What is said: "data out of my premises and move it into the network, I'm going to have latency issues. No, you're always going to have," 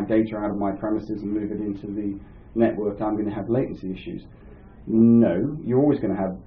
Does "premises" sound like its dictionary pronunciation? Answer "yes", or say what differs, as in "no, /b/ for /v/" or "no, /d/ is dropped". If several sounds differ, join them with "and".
yes